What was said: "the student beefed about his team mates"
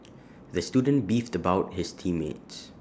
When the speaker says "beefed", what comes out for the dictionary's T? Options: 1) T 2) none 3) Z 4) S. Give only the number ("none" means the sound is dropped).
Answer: 1